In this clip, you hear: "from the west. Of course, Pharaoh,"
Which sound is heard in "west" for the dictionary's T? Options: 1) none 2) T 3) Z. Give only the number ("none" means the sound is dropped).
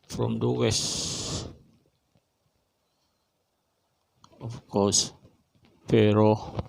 1